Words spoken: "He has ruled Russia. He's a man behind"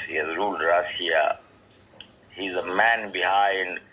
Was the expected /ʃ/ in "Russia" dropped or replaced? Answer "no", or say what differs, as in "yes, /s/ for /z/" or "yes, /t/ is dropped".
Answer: yes, /ʃ/ is dropped